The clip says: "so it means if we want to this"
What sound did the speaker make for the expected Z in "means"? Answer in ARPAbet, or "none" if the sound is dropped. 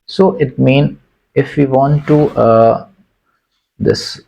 none